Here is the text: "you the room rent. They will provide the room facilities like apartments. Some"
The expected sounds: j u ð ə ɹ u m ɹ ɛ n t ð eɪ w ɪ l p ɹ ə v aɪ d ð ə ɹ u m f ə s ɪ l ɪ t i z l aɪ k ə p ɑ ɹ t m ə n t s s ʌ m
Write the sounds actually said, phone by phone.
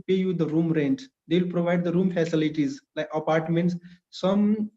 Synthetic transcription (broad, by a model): j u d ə ɹ u m ɹ ɛ n t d eɪ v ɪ l p ɹ ə v aɪ d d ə ɹ u m f ə s ɪ l ɪ t i z l aɪ k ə p ɑ ɹ t m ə n t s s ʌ m